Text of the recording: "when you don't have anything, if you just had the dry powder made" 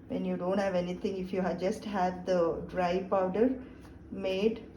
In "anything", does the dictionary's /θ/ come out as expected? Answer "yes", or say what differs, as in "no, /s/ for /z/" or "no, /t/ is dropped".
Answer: no, /t/ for /θ/